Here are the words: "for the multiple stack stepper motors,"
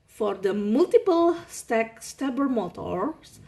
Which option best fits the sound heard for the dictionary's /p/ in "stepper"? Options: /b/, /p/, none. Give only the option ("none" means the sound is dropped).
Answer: /b/